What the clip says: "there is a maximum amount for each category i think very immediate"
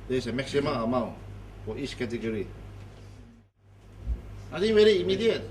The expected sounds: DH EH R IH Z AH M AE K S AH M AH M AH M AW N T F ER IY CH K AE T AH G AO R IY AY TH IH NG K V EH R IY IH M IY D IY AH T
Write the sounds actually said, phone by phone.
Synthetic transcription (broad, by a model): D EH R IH S AH M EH K S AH M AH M AH M AW N T F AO IY CH K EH T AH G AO R IY AY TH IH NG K V EH R IY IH M IY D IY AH T